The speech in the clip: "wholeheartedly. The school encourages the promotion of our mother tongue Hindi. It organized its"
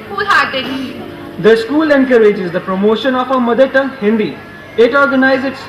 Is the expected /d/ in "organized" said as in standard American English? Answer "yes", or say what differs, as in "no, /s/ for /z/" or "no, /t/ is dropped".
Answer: no, /d/ is dropped